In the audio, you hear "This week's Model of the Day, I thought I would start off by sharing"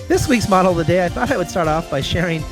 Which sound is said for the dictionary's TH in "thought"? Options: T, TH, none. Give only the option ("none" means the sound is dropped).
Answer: TH